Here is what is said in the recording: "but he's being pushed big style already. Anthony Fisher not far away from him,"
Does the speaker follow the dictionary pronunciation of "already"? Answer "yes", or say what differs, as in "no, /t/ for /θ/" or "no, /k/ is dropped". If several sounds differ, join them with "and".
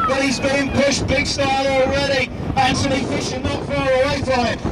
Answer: yes